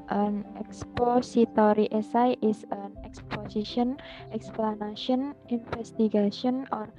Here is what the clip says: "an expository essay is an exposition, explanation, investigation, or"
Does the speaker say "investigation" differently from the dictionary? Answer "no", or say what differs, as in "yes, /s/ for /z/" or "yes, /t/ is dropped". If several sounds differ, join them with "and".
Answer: yes, /f/ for /v/